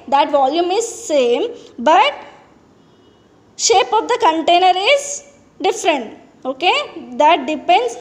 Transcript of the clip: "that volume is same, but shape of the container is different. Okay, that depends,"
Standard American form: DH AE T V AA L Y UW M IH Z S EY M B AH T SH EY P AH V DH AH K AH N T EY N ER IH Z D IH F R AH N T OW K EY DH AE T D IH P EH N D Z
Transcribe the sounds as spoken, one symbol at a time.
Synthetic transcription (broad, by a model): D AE T V AA L Y UW M IH Z S EY M B AH T SH EY P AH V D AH K AH N T EY N ER IH Z D IH F R AH N T OW K EY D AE T D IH P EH N D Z